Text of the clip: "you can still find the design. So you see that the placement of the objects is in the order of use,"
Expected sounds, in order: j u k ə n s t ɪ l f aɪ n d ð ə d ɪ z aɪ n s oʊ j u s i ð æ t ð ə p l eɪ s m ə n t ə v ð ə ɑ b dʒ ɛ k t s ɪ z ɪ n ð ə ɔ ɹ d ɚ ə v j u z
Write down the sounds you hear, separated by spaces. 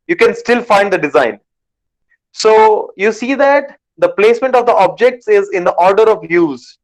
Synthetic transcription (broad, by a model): j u k ə n s t ɪ l f aɪ n d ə d ɪ z aɪ n s oʊ j u s i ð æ t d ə p l eɪ s m ə n t ə v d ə ɑ b dʒ ɛ k t s ɪ z ɪ n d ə ɔ ɹ d ɚ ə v j u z